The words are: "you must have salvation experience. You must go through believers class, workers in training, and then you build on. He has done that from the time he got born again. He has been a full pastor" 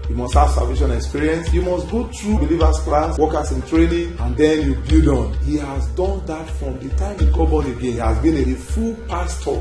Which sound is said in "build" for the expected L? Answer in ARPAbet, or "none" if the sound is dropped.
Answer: none